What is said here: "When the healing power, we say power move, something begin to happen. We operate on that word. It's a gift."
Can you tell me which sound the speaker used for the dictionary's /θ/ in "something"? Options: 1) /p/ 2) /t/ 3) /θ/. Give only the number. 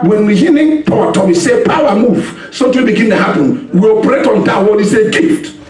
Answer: 2